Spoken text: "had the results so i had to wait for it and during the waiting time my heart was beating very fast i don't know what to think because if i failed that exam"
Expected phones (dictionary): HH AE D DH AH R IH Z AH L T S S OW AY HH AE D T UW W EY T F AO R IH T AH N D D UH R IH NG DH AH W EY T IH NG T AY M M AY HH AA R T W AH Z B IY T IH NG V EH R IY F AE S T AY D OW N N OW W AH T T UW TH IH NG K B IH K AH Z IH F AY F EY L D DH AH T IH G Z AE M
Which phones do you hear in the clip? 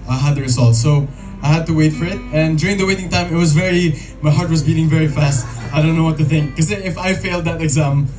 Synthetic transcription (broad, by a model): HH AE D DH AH R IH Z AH L T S S OW AY HH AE D T UW W EY T F AO R IH T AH N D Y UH R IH NG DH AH W EY T IH NG T AY M M AY HH AA R T W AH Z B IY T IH NG V EH R IY F AE S T AY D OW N N OW W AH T T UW TH IH NG K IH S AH IH F AY F EY L D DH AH T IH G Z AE M